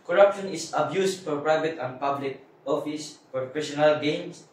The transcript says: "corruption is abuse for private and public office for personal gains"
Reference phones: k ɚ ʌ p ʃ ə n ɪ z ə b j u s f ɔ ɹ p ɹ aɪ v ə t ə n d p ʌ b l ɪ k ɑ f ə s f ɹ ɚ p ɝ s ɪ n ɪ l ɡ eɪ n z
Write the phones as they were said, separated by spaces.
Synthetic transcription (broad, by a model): k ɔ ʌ p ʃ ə n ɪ s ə b j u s f ɔ ɹ p ɹ aɪ v ə t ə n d p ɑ b l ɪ k ɑ f ə s p ɹ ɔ f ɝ ʃ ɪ n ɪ l ɡ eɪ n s